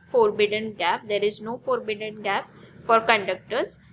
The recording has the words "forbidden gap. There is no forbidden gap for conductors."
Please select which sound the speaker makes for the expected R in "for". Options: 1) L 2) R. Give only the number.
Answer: 2